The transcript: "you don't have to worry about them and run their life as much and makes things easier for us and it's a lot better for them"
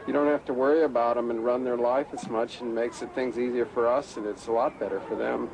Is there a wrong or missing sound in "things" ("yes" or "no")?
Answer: no